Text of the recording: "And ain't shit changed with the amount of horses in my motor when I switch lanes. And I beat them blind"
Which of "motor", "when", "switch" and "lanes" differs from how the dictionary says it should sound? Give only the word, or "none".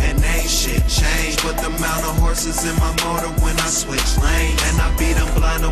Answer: lanes